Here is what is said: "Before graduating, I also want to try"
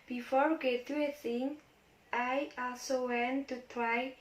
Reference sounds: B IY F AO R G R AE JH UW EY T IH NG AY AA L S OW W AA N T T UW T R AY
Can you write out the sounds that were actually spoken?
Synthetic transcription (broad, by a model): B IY F AO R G EH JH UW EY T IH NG AY AA L S OW W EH N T T UW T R AY